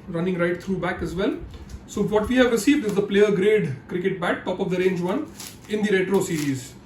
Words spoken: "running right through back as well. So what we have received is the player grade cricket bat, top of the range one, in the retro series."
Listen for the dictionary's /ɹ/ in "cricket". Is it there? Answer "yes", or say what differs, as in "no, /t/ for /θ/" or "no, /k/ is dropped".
yes